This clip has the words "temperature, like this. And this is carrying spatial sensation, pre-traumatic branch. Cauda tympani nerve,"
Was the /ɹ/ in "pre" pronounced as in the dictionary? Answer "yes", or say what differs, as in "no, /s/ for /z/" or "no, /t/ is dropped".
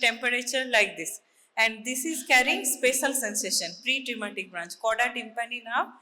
yes